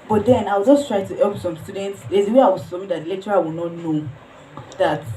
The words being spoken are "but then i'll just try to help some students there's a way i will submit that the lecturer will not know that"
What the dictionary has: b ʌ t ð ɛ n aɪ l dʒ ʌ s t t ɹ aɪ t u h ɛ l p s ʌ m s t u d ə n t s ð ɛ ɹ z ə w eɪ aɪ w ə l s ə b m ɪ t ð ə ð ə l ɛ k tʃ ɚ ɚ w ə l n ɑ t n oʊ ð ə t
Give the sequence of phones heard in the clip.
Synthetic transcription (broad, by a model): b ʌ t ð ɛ n aɪ w dʒ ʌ s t t ɹ aɪ t u h ɛ l p s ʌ m s t u d ə n t s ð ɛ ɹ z ə w eɪ aɪ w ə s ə m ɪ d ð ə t l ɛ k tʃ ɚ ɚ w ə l n ɑ t n oʊ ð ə t